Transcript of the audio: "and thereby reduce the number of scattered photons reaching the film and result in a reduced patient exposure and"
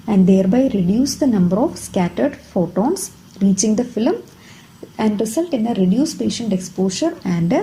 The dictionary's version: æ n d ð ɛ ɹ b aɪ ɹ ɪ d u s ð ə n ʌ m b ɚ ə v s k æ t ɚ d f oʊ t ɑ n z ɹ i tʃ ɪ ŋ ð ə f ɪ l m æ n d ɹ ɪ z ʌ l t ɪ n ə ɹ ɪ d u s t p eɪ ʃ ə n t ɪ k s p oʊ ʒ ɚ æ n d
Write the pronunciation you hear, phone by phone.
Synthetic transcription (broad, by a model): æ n d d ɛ ɹ b aɪ ɹ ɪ d u s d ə n ʌ m b ɚ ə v s k æ t ɚ d f oʊ t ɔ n s ɹ i tʃ ɪ ŋ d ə f ɪ l m æ n d ɹ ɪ s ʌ l t ɪ n ə ɹ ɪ d u s p eɪ ʃ ə n t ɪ k s p oʊ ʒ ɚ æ n d